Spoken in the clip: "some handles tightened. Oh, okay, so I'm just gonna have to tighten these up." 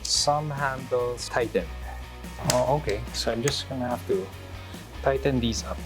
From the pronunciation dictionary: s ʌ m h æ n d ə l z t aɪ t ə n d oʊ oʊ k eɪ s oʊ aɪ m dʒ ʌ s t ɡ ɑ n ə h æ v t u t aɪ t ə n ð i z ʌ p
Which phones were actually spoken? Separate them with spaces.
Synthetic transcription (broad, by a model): s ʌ m h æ n d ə l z t aɪ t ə n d oʊ oʊ k eɪ s oʊ aɪ m dʒ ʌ s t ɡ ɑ n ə h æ f t u t aɪ t ə n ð i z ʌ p